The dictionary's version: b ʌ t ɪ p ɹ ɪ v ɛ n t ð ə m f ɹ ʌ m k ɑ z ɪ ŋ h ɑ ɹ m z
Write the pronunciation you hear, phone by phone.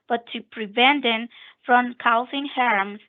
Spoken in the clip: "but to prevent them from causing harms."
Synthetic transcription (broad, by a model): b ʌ t ɪ p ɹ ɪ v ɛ n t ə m f ɹ ʌ m k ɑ s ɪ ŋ h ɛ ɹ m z